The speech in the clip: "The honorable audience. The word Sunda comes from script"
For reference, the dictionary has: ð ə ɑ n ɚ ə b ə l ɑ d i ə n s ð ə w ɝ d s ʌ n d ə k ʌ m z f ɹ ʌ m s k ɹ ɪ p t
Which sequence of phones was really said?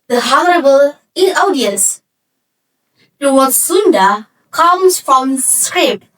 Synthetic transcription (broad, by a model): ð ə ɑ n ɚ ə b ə l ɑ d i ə s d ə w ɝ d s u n d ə k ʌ m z f ɹ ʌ m s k ɹ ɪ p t